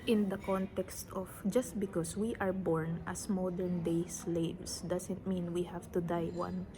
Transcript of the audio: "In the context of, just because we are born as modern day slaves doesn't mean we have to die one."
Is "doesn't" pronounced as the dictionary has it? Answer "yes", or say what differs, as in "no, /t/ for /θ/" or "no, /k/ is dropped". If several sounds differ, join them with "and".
no, /s/ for /z/